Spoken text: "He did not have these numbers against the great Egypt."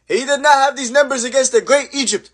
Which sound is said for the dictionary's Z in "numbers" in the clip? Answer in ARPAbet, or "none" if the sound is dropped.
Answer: Z